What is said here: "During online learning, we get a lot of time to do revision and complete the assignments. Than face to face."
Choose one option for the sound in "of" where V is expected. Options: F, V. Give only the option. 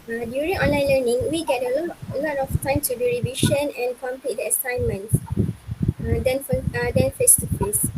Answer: F